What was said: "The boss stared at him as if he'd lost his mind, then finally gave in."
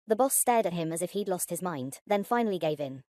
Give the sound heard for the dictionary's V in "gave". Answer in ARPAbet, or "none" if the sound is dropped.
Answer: V